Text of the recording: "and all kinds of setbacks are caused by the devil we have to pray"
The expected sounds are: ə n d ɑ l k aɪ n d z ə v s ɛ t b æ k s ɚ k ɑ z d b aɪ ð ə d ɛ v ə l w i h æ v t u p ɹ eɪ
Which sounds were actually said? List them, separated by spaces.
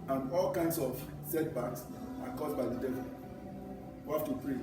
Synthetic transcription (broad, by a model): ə n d ɑ l k aɪ n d s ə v s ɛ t b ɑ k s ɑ k ɑ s b aɪ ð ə d ɛ v ə l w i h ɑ f t u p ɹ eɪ